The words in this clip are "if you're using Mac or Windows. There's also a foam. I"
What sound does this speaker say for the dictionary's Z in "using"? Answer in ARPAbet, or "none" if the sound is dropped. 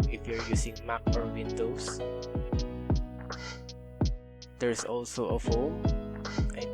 S